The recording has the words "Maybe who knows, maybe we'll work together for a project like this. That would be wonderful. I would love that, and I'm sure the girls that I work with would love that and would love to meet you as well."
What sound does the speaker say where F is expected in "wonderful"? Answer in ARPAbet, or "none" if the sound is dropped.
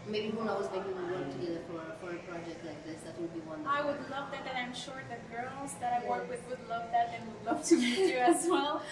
none